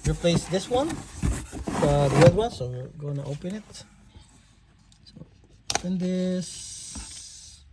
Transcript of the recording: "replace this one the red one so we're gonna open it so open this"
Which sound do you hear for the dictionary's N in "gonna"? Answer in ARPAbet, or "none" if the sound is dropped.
none